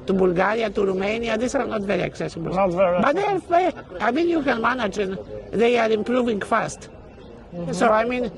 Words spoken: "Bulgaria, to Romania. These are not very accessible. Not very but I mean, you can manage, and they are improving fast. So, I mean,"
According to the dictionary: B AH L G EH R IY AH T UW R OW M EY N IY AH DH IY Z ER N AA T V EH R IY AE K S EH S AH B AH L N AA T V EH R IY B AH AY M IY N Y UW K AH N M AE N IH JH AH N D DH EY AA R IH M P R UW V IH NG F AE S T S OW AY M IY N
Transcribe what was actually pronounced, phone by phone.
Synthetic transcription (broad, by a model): B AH L G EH R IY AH T UW R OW M EY N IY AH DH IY S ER N AA T V EH R IY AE K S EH S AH B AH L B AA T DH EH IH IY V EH AY M IY N Y UW K AH N M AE N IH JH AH N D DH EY AA R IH M P R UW V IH NG F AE S T S OW AY M IY N